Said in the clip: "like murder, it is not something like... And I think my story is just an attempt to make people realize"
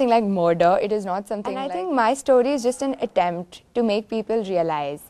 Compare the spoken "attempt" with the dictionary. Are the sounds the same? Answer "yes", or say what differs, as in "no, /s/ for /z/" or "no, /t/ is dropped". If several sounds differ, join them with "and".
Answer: yes